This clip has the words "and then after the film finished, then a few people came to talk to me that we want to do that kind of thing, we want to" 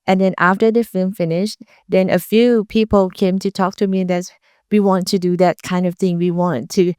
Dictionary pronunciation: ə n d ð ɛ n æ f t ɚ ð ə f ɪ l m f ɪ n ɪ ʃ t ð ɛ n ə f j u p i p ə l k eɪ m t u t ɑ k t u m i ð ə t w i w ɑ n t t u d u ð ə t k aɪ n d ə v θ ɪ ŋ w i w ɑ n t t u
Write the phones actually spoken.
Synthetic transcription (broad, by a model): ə n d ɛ n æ f t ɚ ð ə f ɪ l m f ɪ n ɪ ʃ t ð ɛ n ə f j u p i p ə l k eɪ m t u t ɑ k t u m i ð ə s w i w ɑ n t t u d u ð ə t k aɪ n d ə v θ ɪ ŋ w i w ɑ n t t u